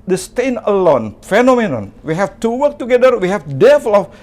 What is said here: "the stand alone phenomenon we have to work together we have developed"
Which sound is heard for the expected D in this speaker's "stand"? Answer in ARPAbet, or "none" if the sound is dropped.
none